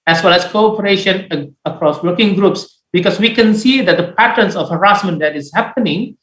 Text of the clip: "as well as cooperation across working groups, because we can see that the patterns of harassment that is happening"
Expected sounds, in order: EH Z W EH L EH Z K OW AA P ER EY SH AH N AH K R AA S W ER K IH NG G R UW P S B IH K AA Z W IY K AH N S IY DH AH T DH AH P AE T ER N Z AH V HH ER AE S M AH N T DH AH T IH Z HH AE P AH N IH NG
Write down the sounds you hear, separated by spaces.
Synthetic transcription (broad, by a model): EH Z W EH L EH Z K OW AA P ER EY SH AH N AH K R AA S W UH K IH NG G R UW P S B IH K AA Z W IY K AH N S IY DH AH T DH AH P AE T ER N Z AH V HH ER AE S M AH N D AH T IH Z HH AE P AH N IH NG